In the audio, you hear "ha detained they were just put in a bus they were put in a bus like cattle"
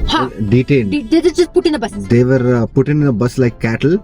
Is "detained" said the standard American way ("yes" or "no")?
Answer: no